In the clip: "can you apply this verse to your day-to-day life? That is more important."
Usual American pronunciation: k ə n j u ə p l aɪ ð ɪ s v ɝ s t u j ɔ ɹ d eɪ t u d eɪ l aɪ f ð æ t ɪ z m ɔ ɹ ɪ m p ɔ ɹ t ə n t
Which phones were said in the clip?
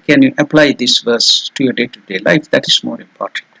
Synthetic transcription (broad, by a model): k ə n j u ə p l aɪ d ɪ s v ɝ s t u j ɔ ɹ d eɪ t u d eɪ l aɪ f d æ t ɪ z m ɔ ɹ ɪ m p ɔ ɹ t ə n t